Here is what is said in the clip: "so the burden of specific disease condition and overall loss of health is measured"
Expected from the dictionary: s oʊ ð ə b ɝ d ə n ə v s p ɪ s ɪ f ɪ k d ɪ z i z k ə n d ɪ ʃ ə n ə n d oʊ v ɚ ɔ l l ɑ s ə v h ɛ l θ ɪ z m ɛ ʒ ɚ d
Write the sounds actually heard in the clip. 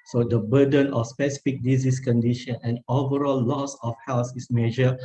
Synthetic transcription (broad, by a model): s oʊ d ə b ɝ d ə n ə f s p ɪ s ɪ f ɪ k d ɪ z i s k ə n d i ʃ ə n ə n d oʊ v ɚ ɔ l l ɑ s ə f h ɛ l s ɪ s m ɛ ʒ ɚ